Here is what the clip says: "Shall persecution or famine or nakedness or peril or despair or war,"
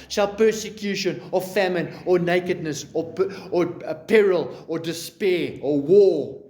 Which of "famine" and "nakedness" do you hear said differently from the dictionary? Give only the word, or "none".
none